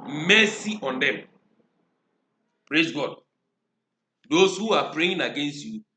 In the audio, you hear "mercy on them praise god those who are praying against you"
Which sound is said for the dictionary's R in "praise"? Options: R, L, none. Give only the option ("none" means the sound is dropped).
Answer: R